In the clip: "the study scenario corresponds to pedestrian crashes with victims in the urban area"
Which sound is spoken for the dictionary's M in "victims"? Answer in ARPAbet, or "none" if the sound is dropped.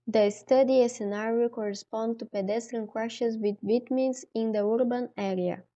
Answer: none